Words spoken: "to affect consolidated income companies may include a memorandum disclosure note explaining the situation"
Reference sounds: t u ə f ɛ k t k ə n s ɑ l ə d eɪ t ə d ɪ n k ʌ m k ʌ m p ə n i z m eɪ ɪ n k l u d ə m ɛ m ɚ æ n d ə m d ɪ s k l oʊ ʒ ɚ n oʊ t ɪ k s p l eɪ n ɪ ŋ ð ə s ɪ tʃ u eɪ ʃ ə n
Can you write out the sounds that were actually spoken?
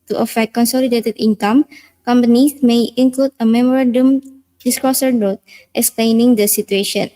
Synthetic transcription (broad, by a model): t u ə f ɛ k t k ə n s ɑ l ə d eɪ t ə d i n k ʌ m k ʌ m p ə n i s m eɪ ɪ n k l u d ə m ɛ m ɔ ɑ n d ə m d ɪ s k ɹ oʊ s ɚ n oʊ t ɪ k s p l eɪ n ɪ ŋ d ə s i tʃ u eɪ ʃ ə n